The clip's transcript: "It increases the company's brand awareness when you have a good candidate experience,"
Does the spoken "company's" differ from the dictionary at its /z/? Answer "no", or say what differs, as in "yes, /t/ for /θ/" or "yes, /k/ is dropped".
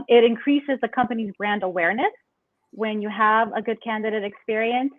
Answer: no